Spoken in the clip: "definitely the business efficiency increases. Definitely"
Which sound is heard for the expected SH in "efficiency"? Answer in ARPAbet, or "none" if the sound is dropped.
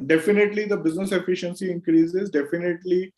SH